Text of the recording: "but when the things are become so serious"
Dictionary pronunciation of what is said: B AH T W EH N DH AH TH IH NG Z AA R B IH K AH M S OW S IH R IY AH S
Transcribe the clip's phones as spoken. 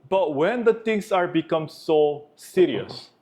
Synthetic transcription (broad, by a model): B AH T W EH N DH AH T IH NG S AA R B IH K AH M S OW S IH R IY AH S